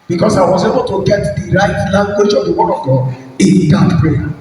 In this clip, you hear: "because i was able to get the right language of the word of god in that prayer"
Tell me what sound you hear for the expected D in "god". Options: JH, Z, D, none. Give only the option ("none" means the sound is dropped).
none